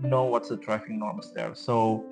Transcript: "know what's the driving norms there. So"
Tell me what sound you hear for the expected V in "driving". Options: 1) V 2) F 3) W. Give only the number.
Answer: 2